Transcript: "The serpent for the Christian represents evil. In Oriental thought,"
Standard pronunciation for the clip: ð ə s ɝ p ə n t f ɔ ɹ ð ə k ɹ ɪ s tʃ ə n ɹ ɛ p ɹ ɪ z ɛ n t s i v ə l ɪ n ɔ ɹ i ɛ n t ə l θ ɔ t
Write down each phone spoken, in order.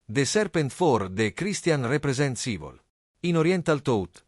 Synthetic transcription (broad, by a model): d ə s ɝ p ə n t f ɔ ɹ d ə k ɹ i s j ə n ɹ ɛ p ɹ ɪ z ɛ n t s i v ə l ɪ n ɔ ɹ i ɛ n t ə l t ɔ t